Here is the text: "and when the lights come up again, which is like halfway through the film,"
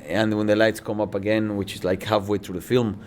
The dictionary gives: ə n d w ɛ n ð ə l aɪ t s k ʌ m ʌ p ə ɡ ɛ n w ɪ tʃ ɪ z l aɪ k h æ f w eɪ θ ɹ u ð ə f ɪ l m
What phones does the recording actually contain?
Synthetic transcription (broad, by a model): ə n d w ɛ n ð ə l aɪ t s k ʌ m ʌ p ə ɡ ɛ n w ɪ tʃ ɪ z l aɪ k h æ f w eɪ θ ɹ u ð ə f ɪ l m